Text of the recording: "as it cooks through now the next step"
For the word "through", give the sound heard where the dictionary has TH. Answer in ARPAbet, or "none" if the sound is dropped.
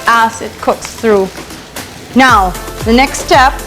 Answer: TH